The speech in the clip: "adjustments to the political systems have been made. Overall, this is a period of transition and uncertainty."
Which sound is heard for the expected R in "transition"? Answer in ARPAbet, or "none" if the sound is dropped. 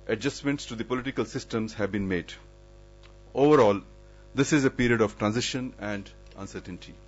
R